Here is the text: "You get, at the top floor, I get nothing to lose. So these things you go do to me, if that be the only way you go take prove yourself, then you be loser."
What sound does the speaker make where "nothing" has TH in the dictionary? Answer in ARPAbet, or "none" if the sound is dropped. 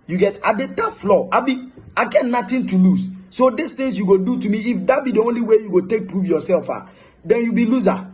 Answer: T